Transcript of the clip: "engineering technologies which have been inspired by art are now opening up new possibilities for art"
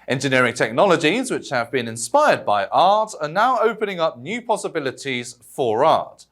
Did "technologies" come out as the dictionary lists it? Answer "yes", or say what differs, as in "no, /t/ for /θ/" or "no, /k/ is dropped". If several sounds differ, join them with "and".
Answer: yes